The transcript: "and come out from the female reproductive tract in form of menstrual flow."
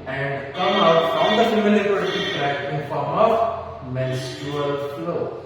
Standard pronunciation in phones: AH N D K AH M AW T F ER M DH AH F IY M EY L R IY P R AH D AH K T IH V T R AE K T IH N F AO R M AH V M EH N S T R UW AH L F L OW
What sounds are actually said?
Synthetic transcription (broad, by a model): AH N D K AH M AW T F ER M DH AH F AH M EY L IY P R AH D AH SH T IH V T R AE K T IH N F AO R M AH V M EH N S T UW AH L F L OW